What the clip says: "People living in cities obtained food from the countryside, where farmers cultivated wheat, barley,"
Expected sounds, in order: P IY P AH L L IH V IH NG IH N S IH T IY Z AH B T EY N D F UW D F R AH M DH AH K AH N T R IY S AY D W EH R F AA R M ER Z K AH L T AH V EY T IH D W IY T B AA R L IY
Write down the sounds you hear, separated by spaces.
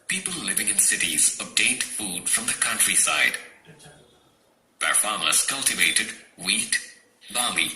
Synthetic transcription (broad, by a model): P IY P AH L L IH V IH NG IH N S IH T IY Z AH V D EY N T F UW D F R AH M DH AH K AH N T R IY S AY D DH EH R F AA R M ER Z K AH L T AH V EY T IH D W IY T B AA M IY